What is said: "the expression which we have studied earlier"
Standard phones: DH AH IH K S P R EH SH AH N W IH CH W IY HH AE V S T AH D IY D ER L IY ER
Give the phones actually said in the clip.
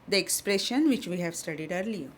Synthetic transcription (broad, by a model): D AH IH K S P R EH SH AH N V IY CH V IY HH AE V S T AH D IY D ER L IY